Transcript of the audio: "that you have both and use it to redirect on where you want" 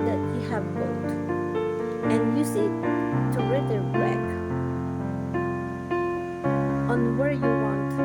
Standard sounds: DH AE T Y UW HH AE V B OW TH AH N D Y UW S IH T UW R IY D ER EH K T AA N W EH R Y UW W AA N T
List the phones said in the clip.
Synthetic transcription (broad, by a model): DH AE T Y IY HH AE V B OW T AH N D Y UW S IH T UW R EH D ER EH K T AA N W EH R Y UW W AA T